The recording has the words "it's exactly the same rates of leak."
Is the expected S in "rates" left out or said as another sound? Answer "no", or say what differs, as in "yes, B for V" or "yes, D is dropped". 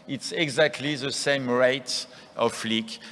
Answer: yes, S is dropped